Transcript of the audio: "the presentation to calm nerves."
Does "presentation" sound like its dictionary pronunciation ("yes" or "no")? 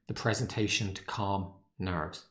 yes